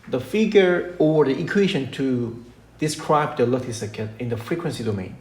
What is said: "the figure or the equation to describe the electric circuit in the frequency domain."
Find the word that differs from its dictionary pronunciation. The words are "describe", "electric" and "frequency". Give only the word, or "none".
electric